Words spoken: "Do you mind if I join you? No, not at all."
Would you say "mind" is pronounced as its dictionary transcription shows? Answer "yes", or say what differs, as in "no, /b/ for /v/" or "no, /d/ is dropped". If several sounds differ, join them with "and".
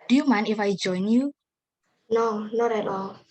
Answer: no, /d/ is dropped